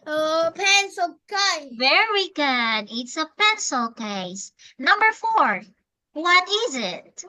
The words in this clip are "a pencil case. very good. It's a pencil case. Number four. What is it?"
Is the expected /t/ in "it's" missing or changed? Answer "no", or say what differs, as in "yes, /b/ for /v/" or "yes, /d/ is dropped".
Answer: no